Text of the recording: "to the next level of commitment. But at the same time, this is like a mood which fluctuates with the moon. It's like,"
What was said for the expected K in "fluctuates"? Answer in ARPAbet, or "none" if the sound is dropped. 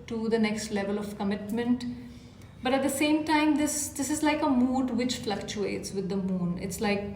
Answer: K